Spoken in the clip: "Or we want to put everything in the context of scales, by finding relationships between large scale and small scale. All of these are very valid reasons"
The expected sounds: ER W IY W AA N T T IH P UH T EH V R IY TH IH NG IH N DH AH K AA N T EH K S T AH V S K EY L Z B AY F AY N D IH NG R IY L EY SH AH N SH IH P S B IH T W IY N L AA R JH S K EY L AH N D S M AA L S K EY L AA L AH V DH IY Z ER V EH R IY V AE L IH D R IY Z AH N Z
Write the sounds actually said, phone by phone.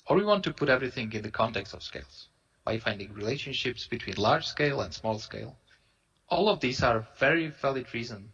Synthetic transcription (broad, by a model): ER W IY W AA N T T IH P UH T EH V R IY TH IH NG IH N DH AH K AA N T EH K S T AH V S K EY L Z B AY F AY N D IH NG R IY L EY SH AH N SH IH P S B IH T W IY N L AA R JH S K EY L AH N D S M AA L S K EY L AA L AH V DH IY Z ER V EH R IY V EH L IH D R IY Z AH N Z